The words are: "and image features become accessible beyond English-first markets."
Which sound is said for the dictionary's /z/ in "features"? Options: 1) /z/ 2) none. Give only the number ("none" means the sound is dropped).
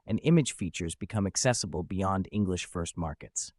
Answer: 1